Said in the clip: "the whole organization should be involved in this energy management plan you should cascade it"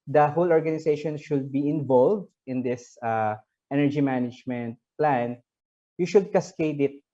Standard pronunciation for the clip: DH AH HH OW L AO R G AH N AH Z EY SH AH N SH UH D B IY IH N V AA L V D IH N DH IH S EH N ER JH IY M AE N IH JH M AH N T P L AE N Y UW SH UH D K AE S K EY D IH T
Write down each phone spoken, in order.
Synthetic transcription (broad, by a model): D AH HH OW L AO R G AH N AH S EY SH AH N SH UH D B IY IH N V AA L V D IH N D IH S EH N ER JH IY M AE N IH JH M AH N T P L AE N Y UW SH UH D K AE S K EY D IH T